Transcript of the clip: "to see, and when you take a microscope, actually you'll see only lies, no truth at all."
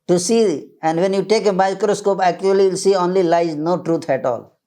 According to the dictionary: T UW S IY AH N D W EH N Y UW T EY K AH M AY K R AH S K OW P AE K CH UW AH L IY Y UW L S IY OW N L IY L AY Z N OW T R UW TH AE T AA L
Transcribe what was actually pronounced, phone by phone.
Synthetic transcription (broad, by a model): T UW S IY AH N D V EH N Y UW T EY K AH M AY K R AH S K OW P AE K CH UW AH L IY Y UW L S IY OW N L IY L AY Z N OW T R UW T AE T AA L